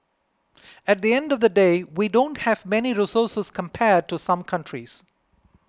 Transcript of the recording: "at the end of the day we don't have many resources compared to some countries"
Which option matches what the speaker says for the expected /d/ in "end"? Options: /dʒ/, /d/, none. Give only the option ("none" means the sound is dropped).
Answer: /d/